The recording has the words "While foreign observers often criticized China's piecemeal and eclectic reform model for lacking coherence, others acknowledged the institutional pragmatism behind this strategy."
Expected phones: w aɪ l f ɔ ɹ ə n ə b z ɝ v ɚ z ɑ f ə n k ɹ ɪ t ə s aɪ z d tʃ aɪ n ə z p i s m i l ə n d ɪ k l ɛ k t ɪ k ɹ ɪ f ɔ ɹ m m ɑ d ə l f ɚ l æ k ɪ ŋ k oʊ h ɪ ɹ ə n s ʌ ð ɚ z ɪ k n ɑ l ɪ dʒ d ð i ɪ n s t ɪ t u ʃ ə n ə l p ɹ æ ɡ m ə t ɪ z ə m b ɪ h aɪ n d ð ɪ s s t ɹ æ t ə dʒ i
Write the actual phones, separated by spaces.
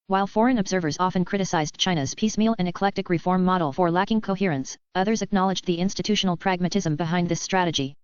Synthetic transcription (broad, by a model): w aɪ l f ɔ ɹ ə n ə b z ɝ v ɚ z ɑ f ə n k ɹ ɪ t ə s aɪ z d tʃ aɪ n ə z p i s m i l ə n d ɪ k l ɛ k t ɪ k ɹ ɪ f ɔ ɹ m m ɑ d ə l f ɚ l æ k ɪ ŋ k oʊ h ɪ ɹ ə n s ʌ ð ɚ z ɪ k n ɑ l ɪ dʒ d ð i ɪ n s t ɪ t u ʃ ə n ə l p ɹ æ ɡ m ə t ɪ z ə m b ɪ h aɪ n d ð ɪ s s t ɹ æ t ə dʒ i